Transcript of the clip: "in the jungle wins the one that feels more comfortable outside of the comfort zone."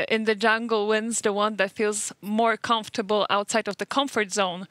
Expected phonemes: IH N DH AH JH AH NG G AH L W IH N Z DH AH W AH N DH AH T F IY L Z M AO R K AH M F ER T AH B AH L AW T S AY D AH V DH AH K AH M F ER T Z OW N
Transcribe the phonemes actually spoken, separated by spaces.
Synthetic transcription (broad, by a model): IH N DH AH JH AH NG G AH L W IH N Z DH AH W AH N DH AH T F IY L Z M AO R K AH M F T AH B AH L AW T S AY D AH V DH AH K AH M F ER T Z OW N